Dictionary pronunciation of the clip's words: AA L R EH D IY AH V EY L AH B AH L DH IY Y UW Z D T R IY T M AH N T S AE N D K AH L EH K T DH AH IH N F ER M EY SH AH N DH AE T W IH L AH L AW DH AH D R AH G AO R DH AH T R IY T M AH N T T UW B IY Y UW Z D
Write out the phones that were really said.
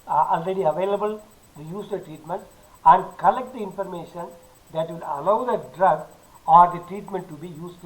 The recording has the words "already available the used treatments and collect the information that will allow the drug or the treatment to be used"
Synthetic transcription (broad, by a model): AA L R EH D IY AH V EY L AH B AH L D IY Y UW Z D T R IY T M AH N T AE N D K AH L EH K T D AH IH N F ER M EY SH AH N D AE T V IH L AH L AW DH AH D R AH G AO R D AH T R IY T M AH N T T UW B IY Y UW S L